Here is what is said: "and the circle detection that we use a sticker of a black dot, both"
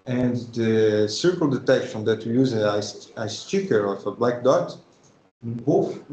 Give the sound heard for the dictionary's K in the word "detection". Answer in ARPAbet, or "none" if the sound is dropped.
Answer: K